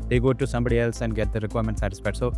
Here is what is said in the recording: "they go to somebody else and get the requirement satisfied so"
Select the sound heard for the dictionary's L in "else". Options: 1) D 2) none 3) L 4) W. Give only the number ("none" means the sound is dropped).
3